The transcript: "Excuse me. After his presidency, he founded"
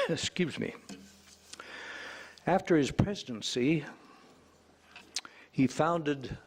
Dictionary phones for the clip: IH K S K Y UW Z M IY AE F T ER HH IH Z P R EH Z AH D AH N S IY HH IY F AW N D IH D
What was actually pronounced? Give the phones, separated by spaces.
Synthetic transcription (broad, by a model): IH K S K Y UW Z M IY AE F T ER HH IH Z P R EH Z AH D AH N S IY HH IY F AW N D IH D